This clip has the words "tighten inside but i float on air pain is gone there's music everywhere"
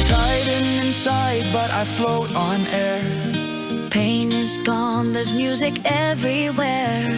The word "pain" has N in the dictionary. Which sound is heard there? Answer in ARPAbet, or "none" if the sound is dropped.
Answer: N